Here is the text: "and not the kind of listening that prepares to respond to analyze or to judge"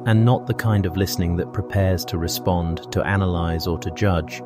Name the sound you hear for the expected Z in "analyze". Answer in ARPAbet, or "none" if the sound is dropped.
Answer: Z